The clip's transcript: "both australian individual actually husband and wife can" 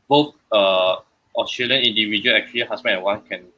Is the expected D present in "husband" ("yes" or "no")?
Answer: no